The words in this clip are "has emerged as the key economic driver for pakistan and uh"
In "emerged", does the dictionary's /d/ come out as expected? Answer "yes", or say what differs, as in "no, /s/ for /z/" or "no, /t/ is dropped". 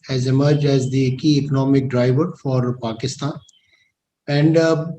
yes